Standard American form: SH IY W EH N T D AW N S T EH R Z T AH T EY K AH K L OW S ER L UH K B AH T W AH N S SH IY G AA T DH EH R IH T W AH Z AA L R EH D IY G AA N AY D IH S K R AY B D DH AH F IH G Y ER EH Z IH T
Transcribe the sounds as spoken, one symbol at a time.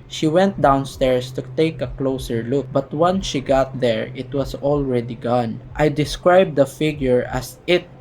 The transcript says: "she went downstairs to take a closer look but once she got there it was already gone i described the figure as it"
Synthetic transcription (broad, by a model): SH IY W EH N T D AW N S T EH R S T AH T EY K AH K L OW S ER L UH K B AH T W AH N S SH IY G AA T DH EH R IH T W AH S AA L R EH D IY G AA N AY D IH S K R AY B D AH F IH G Y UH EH S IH T